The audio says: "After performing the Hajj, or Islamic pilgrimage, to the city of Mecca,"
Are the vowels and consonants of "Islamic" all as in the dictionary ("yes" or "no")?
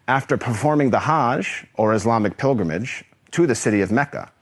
yes